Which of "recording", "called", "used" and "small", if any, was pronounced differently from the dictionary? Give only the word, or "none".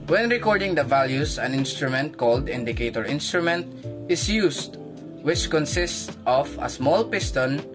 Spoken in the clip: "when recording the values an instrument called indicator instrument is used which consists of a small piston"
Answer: used